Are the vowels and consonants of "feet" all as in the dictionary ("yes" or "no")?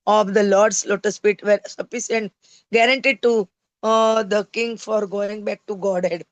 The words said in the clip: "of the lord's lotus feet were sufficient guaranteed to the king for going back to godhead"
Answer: no